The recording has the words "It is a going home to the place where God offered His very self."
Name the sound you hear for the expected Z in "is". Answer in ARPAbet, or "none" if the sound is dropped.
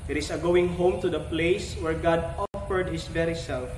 S